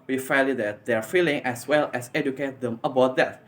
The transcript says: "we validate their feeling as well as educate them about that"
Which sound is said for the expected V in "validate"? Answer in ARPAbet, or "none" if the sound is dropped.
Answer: F